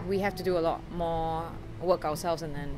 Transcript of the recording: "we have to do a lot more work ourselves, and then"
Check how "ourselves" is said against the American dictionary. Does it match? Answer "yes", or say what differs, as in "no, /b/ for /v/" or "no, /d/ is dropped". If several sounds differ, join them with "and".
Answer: no, /w/ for /ɹ/